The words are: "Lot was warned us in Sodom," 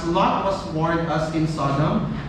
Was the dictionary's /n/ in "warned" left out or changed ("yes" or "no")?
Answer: yes